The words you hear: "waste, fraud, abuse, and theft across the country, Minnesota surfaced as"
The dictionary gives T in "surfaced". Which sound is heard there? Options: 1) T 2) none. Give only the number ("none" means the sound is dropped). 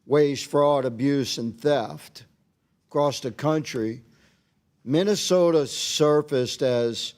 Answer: 1